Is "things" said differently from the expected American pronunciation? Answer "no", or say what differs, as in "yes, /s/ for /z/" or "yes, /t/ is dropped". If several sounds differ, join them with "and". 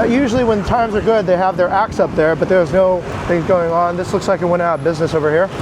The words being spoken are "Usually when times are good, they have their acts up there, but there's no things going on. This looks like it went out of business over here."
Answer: no